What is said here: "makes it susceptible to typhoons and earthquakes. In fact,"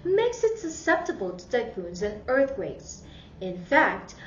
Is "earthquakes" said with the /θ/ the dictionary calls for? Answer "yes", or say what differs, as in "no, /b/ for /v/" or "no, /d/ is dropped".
yes